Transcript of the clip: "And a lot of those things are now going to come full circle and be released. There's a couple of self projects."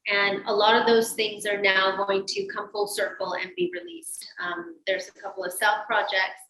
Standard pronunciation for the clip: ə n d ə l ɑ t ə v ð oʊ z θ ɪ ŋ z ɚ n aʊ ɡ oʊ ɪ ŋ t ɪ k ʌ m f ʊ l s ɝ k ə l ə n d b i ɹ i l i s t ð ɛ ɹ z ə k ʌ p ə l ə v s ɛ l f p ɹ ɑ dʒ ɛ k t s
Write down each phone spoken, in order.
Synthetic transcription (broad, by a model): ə n ə l ɑ t ə v ð oʊ z θ ɪ ŋ z ɚ n aʊ ɡ oʊ ɪ ŋ t ɪ k ʌ m f ʊ l s ɝ k l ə n b i ɹ i l i s t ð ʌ ɹ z ə k ʌ p l ə v s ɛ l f p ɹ ɑ dʒ ɛ k t s